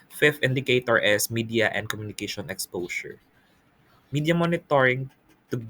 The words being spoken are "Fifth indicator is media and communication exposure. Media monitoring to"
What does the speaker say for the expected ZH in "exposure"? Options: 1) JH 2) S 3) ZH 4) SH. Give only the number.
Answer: 2